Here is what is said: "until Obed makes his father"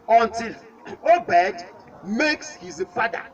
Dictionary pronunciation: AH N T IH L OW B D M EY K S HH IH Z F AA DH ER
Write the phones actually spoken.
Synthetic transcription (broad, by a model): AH N T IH L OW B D M EY K S HH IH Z F AA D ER